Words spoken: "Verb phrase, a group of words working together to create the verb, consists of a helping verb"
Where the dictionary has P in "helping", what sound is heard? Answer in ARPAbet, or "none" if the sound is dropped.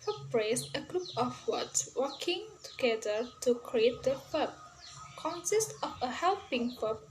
P